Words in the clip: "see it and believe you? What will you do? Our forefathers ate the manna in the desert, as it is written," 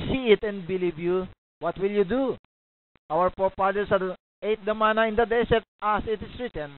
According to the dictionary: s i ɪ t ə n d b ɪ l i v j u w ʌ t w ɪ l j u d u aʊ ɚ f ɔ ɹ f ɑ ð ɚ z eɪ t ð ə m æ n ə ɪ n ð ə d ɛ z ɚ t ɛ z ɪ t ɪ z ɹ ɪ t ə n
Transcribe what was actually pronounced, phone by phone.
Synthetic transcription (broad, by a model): s i ɪ t ə n d b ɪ l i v j u w ʌ t w ɪ l j u d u aʊ ɚ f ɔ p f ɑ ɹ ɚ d eɪ t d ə m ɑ n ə ɪ n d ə d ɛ s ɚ t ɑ s ɪ t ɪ s ɹ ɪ t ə n